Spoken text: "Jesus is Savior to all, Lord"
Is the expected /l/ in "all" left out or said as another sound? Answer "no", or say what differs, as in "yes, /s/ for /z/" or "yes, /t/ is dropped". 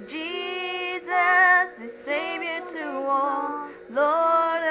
yes, /n/ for /l/